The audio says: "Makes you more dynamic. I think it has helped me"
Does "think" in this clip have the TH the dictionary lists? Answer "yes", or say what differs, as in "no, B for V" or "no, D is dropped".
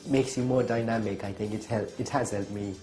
yes